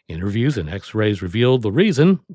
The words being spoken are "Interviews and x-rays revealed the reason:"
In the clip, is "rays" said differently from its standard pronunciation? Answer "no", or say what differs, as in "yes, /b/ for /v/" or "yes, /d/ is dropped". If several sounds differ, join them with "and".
no